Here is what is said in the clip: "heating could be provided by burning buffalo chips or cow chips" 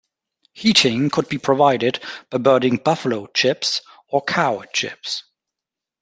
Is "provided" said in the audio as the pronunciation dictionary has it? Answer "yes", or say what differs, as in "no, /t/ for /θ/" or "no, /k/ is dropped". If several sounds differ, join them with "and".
yes